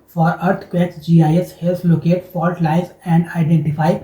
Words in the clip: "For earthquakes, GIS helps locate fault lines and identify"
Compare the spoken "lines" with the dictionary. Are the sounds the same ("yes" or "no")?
no